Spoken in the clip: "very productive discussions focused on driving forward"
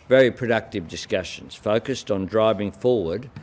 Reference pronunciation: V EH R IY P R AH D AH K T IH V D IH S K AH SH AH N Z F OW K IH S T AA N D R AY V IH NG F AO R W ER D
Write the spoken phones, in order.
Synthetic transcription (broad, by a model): V EH R IY P R AH D AH K T IH V D IH S K AH SH AH N Z F OW K IH S T N D R AY V IH NG F AO R W ER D